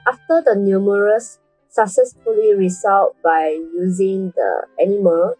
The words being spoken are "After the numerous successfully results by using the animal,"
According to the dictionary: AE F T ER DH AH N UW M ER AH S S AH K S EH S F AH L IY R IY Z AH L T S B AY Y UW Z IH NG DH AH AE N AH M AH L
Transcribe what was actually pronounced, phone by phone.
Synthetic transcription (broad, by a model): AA F T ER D AH N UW M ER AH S S AH K S EH S F AH L IY R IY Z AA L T B AY Y UW Z IH NG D AH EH N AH M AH L